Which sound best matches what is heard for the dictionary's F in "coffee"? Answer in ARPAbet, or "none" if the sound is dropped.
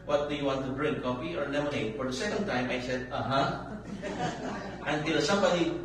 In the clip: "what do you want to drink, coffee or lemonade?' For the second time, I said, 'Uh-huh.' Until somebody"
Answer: P